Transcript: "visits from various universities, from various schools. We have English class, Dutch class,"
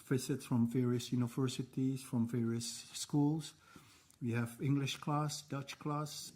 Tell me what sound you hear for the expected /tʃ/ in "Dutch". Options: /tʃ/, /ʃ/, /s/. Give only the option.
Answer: /tʃ/